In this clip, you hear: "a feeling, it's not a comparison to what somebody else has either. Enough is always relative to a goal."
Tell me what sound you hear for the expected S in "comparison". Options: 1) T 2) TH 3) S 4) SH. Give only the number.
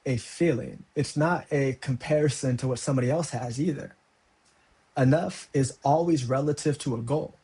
3